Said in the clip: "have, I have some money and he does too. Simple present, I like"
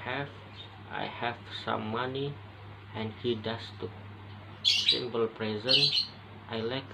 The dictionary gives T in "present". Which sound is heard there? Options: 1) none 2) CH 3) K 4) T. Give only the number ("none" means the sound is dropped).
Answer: 4